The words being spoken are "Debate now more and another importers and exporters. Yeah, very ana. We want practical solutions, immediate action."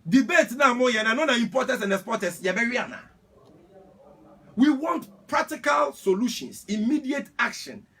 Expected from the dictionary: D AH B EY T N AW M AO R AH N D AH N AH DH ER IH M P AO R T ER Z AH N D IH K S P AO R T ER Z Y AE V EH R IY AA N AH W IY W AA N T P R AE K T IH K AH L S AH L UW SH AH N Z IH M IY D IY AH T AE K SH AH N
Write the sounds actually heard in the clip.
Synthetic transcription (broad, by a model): D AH B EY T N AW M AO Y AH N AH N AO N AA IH M P AO T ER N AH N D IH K S P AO T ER S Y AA B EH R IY AA N AH W IY W AA N T P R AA K T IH K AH L S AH L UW SH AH N S IH M IY D IY AH T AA K SH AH N